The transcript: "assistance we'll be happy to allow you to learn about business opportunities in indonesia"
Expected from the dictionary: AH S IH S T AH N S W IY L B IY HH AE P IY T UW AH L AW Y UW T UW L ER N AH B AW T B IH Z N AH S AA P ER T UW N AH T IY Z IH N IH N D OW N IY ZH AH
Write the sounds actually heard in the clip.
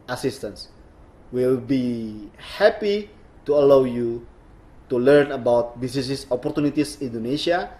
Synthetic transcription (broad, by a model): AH S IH S T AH N S W IY L B IY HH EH P IY T UW AH L AW Y UW T UW L ER N AH B AW T B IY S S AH S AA P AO T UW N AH T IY S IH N N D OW N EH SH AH